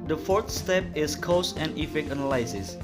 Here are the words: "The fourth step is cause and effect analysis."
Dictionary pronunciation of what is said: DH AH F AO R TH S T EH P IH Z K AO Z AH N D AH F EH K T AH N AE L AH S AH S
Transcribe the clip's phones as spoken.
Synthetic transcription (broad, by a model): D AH F AO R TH S T EH P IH S K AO S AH N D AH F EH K AH N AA L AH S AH S